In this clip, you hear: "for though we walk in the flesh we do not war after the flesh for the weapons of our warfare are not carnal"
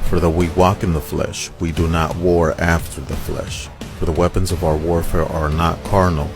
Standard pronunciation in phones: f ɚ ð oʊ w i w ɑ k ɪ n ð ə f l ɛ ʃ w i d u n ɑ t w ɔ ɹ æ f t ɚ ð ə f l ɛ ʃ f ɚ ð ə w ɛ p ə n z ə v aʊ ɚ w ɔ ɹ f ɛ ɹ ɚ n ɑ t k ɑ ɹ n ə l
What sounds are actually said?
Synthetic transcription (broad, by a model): f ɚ ð oʊ w i w ɑ k ɪ n ð ə f l ɛ ʃ w i d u n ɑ t w ɔ ɹ æ f t ɚ ð ə f l ɛ ʃ f ɚ ð ə w ɛ p ə n z ə v aʊ ɚ w ɔ ɹ f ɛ ɹ ɚ n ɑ t k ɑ ɹ n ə l